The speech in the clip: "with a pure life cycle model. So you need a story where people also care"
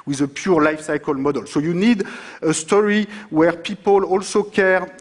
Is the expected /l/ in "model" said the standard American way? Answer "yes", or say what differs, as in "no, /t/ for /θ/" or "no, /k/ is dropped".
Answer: yes